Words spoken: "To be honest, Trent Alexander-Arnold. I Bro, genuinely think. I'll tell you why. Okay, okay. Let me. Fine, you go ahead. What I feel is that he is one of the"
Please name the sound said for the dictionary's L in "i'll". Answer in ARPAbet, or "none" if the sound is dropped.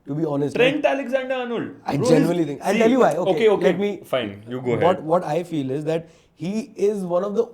N